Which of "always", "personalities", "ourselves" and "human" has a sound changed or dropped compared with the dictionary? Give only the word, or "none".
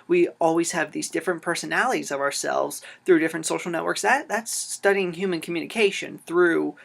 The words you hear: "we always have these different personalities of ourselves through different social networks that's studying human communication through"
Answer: none